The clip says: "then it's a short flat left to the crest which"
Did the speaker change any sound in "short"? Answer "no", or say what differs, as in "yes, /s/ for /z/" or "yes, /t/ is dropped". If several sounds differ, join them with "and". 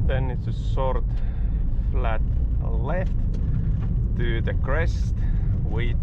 yes, /s/ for /ʃ/